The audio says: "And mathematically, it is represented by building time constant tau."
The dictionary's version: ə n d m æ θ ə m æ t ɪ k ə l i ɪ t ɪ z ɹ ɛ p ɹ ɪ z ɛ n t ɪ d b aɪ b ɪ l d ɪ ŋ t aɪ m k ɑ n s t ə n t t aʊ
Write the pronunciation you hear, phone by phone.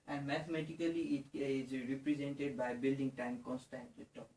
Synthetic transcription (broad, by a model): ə n d m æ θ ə m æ t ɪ k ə l i ɪ t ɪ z ɹ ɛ p ɹ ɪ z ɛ n t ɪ d b aɪ b ɪ l d ɪ ŋ t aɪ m k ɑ n s t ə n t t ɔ